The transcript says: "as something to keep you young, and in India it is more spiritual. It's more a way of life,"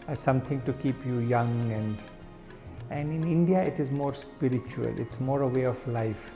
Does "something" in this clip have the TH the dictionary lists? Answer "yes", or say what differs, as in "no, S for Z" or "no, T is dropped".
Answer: no, T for TH